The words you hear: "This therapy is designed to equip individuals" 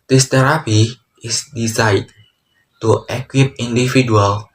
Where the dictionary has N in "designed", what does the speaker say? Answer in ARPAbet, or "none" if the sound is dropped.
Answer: none